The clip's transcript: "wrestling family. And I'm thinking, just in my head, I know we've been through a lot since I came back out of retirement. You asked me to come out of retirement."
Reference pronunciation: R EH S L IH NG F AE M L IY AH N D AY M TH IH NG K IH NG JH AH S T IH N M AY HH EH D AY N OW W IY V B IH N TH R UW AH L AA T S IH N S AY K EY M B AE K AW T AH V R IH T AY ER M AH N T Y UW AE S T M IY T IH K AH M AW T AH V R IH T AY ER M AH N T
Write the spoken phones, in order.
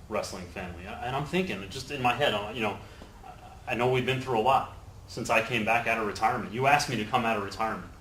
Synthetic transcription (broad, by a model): R EH S L IH NG F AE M L IY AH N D AY M TH IH NG K IH NG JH AH S T IH N M AY HH EH D AY N OW W IY V B IH N TH R UW AH L AA T S IH N S AY K EY M B AE K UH T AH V R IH T AY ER M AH N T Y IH AE S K M IY T IH K AH M AW T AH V R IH T AY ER M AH N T